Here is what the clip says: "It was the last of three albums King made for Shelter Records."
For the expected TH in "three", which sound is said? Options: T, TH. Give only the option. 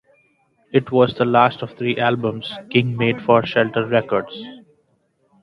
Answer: T